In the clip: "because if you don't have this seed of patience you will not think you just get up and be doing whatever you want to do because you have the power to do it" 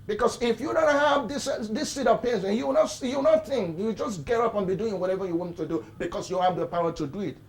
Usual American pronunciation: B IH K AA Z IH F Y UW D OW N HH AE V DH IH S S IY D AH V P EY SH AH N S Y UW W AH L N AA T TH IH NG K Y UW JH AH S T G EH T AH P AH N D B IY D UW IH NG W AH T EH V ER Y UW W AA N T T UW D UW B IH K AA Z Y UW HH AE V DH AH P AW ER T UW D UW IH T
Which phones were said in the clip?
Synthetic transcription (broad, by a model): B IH K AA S IH F Y UW D OW N HH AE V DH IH S S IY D AH V P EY S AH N Y UW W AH W N AA T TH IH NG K Y UW JH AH S G EH T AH P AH N B IY D UW IH NG W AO T EH V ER Y UW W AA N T T UW D UW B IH K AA S Y UW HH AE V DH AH P AW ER T UW D UW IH T